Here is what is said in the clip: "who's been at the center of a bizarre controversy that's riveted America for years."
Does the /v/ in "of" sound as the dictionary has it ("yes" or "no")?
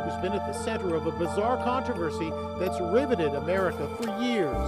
yes